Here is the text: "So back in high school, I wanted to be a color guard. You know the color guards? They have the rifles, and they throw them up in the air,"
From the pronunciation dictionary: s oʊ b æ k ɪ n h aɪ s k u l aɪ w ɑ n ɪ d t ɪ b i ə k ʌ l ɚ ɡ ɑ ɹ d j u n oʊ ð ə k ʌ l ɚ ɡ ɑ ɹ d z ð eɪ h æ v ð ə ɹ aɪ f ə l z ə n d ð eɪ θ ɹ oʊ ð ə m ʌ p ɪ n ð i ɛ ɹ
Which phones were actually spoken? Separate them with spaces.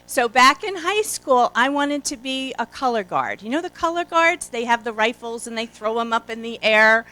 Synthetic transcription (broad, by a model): s oʊ b æ k ɪ n h aɪ s k u l aɪ w ɑ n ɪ d t ɪ b i ə k ʌ l ɚ ɡ ɑ ɹ d j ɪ n oʊ ð ə k ʌ l ɚ ɡ ɑ ɹ d z ð eɪ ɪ v ð ə ɹ aɪ f l z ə n ð eɪ θ ɹ oʊ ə m ʌ p ɪ n ð i ɛ ɹ